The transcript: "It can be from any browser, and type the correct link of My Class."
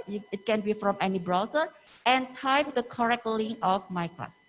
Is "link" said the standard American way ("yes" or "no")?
no